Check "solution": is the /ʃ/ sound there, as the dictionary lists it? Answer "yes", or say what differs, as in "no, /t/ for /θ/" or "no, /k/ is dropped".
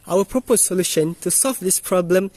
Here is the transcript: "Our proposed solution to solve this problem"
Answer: yes